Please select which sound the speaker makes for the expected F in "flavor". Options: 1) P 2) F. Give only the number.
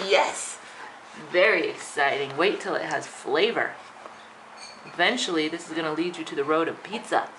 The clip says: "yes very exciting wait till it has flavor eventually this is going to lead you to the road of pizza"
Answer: 2